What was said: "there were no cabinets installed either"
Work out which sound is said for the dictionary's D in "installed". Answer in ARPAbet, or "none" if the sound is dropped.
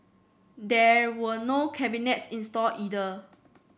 none